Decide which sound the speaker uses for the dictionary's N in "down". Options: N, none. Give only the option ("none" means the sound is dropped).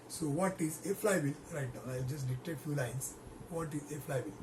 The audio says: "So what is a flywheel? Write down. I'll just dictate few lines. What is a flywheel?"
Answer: none